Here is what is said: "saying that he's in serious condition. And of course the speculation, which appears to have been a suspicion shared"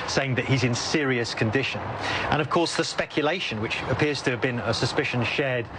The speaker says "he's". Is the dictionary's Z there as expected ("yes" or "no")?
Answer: yes